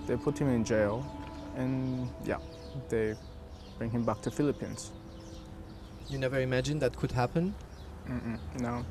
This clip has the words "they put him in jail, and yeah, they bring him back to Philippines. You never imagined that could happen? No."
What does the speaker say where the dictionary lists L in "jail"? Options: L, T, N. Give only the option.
L